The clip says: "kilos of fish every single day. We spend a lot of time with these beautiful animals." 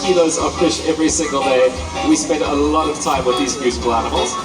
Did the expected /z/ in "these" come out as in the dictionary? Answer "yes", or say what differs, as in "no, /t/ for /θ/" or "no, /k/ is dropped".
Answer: yes